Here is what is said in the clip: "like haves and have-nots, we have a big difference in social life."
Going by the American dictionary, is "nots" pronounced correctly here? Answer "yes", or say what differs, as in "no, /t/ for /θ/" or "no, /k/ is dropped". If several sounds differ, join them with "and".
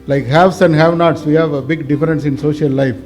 yes